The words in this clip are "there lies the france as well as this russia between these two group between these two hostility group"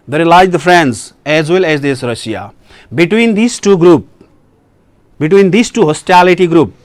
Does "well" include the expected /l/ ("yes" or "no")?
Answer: yes